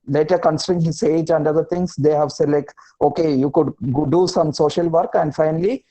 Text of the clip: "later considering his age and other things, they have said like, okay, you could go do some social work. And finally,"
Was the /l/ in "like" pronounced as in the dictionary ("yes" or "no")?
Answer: yes